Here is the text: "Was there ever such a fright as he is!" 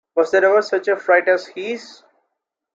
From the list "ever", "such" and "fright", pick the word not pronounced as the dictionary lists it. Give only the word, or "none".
none